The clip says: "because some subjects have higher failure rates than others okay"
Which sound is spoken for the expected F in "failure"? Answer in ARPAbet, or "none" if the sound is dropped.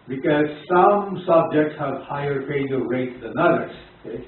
P